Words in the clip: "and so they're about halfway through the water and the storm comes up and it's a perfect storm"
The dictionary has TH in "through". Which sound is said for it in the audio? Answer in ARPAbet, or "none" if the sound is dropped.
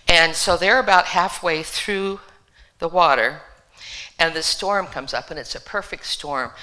TH